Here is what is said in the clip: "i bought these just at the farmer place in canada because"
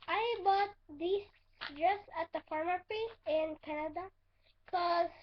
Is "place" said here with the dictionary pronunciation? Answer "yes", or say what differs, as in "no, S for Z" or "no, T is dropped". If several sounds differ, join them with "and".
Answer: no, L is dropped